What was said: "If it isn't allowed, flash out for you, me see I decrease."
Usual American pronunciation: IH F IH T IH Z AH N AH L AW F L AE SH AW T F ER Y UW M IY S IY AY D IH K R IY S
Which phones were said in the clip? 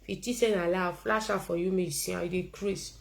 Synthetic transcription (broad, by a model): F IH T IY S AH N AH L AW F L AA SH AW F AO Y UW M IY S IY AY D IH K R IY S